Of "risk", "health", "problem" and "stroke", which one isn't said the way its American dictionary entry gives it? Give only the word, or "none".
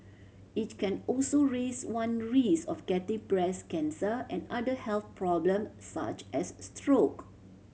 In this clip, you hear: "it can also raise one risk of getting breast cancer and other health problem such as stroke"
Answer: risk